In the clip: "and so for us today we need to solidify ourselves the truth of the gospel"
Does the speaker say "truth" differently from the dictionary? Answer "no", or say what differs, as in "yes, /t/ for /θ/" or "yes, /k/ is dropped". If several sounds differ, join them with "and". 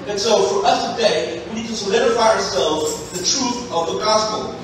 no